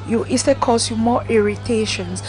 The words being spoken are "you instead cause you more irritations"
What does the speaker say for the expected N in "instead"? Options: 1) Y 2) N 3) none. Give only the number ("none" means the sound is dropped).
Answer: 3